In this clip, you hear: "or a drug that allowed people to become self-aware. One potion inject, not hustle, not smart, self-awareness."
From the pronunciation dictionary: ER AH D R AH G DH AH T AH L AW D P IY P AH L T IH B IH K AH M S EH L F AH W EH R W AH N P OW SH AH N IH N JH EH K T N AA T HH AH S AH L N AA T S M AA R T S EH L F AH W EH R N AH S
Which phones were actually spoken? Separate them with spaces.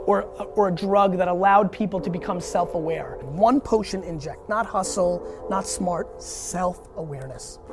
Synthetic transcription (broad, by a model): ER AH D R AH G DH AH T AH L AW D P IY P L T IH B IH K AH M S EH L F AH W EH R W AH N P OW SH AH N IH N JH EH K T N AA T HH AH S L N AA T S M AA R T S EH L F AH W EH R N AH S